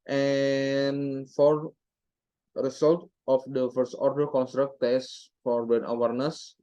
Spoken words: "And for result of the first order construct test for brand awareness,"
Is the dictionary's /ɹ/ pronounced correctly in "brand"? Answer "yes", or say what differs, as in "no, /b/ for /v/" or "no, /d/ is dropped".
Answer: no, /ɹ/ is dropped